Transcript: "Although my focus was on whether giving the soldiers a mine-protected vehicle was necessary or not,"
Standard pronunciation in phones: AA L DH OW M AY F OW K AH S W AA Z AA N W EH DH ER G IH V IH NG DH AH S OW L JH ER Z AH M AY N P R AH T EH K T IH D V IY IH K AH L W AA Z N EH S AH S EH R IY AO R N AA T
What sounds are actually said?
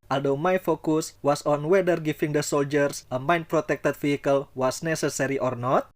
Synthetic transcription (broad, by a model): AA L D OW M AY F OW K AH S W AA S AA N W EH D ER G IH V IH NG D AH S OW L JH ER S AH M AY N P R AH T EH K T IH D F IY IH K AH L W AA S N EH S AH S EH R IY AO R N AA T